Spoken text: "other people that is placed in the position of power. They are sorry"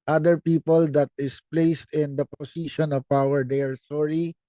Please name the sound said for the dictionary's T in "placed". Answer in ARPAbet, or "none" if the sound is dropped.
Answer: T